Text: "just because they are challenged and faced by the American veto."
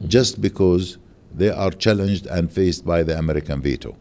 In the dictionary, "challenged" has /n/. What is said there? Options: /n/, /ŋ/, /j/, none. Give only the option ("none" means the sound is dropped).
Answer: /n/